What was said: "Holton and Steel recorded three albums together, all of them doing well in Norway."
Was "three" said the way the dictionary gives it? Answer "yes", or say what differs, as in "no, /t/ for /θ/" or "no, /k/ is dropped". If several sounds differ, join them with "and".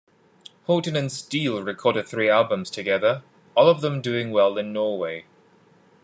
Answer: yes